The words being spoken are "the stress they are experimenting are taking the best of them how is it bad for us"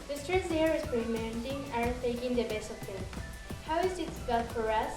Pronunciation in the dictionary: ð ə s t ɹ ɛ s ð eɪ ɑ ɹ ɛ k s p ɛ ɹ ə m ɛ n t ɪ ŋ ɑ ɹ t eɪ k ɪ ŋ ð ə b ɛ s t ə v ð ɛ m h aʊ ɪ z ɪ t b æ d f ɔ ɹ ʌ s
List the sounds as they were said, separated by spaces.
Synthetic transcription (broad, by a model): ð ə s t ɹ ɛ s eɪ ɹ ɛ s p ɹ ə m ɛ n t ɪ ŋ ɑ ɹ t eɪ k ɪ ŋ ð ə b ɛ s t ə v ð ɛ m h aʊ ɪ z ɪ t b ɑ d f ɔ ɹ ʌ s